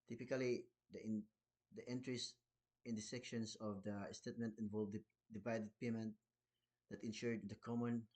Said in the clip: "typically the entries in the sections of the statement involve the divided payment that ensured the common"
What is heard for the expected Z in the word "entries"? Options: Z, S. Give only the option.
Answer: S